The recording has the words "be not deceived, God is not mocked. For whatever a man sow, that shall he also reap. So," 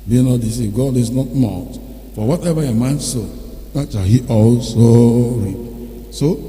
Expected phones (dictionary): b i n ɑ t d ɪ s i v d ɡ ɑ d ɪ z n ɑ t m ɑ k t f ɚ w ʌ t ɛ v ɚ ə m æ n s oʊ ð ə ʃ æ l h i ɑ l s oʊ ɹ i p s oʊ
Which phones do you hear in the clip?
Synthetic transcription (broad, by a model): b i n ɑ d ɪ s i ɡ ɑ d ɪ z n ɑ t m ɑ t f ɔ w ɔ t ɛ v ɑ ə m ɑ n s oʊ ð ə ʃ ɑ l h i ɑ l s oʊ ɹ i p s oʊ